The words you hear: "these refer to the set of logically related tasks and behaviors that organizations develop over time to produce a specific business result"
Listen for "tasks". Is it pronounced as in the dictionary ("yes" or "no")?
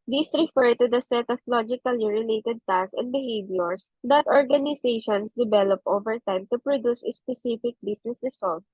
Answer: no